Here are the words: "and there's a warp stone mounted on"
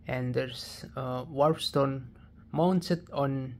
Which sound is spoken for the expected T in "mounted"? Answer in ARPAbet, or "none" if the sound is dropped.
S